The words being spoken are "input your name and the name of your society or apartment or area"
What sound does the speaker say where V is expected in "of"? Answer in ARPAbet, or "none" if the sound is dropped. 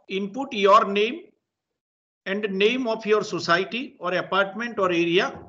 P